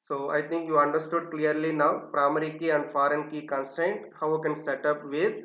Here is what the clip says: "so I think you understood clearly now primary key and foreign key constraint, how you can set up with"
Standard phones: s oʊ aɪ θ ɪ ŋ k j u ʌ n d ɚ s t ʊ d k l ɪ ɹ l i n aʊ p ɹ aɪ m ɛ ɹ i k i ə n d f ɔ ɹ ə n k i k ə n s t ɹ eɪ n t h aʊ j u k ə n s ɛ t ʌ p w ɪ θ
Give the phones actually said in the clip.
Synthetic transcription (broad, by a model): s oʊ aɪ t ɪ ŋ k j u ʌ n d ɚ s t ʊ d k l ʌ ɹ l i n aʊ p ɹ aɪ m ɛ ɹ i k i ə n d f ɔ ɹ ə n k i k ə n s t eɪ n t h aʊ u k ə n s ɛ t ʌ p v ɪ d